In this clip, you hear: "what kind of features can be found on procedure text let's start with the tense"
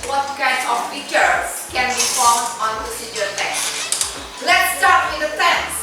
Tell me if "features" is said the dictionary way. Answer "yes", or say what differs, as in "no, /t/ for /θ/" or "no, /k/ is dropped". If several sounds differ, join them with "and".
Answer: no, /z/ is dropped